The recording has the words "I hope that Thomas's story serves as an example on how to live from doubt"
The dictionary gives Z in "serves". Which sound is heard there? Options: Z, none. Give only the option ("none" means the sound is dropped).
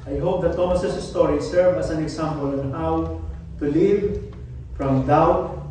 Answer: none